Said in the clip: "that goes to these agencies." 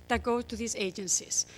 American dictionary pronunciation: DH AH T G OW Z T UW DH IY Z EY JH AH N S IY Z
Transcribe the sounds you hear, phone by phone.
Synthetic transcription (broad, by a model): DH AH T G OW T UW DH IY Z EY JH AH N S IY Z